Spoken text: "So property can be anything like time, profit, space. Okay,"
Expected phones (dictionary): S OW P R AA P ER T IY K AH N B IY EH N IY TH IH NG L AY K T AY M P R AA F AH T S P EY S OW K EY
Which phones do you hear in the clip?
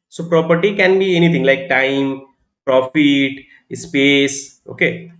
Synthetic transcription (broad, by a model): S OW P R AA P ER T IY K AH N B IY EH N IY T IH NG L AY K T AY M P R AA F AH T S P EY S OW K EY